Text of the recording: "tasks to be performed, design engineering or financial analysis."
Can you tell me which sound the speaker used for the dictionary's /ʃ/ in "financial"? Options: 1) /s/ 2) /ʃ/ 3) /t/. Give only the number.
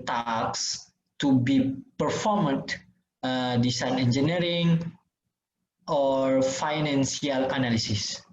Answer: 1